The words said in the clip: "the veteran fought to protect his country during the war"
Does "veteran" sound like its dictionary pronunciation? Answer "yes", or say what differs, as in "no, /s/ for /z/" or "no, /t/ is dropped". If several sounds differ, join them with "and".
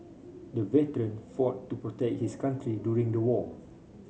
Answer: yes